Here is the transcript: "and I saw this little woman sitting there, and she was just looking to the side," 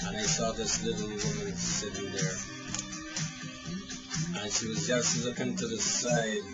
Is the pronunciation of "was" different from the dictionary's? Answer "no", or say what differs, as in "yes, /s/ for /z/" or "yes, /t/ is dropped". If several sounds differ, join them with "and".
no